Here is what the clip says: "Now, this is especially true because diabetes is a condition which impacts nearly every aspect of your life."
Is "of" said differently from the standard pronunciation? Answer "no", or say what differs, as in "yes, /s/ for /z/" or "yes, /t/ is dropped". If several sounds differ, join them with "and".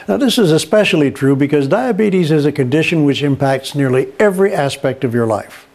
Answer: no